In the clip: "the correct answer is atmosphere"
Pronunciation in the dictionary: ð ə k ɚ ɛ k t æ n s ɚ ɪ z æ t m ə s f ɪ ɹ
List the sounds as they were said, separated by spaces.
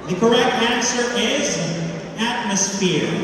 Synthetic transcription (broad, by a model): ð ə k ɚ ɛ k t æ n s ɚ ɪ z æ t m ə s f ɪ ɹ